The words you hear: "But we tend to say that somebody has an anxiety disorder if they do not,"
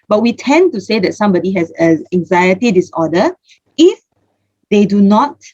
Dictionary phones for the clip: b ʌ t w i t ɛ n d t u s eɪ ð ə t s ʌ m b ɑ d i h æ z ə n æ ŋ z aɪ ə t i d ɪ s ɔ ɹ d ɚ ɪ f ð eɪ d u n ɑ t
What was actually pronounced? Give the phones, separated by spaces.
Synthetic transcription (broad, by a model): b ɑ t w i t ɛ n t u s eɪ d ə t s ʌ m b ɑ d i h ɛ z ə æ ŋ z aɪ ə t i d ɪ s ɔ d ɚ ɪ f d eɪ d u n ɑ t